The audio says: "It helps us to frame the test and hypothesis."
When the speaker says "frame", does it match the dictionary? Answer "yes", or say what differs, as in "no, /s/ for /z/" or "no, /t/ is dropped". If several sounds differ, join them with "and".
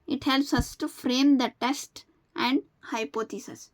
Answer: yes